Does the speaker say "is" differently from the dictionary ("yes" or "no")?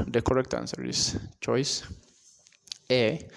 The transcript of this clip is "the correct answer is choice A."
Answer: yes